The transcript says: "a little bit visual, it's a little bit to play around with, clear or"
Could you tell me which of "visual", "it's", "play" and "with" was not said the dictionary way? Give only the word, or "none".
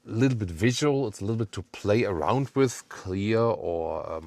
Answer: none